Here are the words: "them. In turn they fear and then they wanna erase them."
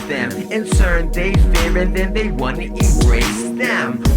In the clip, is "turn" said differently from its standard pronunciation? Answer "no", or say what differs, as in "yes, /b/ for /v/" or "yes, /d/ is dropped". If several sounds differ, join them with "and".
yes, /s/ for /t/